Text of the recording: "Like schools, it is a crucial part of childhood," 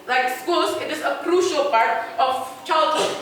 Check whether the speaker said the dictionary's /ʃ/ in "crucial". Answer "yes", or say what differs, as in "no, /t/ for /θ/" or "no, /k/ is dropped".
yes